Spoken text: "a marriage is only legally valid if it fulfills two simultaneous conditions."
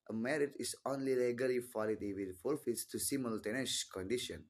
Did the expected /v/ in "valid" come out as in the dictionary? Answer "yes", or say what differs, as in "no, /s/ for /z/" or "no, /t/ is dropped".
no, /f/ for /v/